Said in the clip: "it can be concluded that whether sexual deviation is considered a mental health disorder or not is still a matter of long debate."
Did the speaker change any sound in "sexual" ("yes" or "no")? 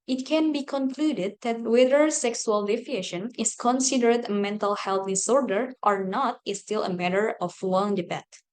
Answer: yes